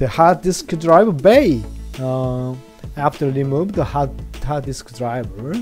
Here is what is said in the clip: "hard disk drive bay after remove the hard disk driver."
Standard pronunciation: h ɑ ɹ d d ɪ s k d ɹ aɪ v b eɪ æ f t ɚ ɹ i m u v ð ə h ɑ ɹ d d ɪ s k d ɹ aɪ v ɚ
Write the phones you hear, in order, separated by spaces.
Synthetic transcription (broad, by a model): h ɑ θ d d ɪ s k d ɹ aɪ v b eɪ æ f t ɚ l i m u b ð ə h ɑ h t d ɪ s k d ɹ aɪ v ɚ